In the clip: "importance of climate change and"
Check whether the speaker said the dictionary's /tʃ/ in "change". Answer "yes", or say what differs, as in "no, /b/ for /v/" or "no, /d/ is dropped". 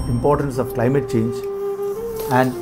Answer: yes